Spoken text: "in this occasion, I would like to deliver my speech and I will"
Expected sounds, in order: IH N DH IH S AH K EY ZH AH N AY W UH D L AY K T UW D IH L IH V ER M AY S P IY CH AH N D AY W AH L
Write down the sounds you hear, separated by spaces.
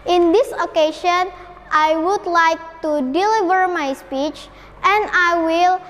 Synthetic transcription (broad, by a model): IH N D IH S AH K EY SH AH N AY W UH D L AY K T UW D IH L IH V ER M AY S P IY CH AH N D AY W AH L